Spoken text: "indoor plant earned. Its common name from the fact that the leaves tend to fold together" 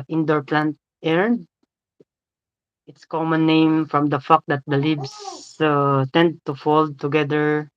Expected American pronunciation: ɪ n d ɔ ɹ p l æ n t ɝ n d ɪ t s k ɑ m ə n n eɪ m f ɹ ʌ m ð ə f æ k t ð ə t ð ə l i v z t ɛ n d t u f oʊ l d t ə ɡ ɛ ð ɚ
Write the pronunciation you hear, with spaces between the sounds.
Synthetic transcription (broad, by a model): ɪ n d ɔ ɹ p l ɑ n t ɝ n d ɪ t s k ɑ m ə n n eɪ m f ɹ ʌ m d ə f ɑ k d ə t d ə l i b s t ɛ n d t u f oʊ l d t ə ɡ ɛ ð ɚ